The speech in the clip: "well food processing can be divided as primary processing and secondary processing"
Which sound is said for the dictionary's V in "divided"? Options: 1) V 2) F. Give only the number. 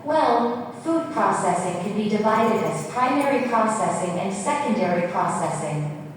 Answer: 1